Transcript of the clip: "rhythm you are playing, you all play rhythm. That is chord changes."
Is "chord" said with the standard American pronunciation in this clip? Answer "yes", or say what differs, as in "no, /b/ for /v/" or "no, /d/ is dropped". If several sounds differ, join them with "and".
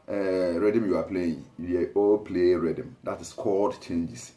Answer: no, /l/ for /ɹ/